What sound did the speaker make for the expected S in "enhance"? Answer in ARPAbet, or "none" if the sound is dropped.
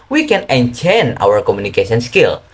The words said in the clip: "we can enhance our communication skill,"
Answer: none